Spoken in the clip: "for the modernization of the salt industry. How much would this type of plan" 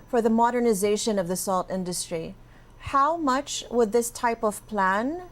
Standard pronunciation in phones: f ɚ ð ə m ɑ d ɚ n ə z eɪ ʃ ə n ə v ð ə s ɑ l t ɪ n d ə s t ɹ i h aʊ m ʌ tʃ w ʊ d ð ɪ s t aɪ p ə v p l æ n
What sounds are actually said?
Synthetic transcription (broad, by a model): f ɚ ð ə m ɑ d ɚ n ə z eɪ ʃ ə n ə v ð ə s ɑ l t ɪ n d ə s t ɹ i h aʊ m ʌ tʃ w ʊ d ð ɪ s t aɪ p ə v p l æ n